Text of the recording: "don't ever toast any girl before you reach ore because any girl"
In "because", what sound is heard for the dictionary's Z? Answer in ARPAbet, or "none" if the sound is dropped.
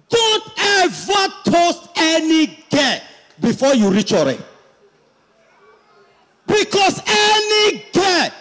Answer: S